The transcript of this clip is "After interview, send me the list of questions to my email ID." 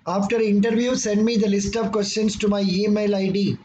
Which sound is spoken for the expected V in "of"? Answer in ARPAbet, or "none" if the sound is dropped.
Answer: V